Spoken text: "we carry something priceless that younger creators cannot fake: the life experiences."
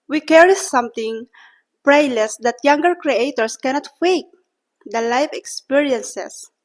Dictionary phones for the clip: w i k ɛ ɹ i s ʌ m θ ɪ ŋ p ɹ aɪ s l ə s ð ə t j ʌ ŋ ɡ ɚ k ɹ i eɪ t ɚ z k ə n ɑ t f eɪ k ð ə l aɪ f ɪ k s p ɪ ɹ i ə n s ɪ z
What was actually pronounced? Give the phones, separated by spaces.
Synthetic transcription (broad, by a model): w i k ɛ ɹ i s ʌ m t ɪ ŋ p ɹ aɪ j l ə s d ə t j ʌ ŋ ɡ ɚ k ɹ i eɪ t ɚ s k ə n ɑ t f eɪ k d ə l aɪ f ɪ k s p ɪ ɹ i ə n s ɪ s